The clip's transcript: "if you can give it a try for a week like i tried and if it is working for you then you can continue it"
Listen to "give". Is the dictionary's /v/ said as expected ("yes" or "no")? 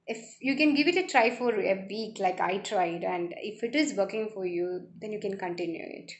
yes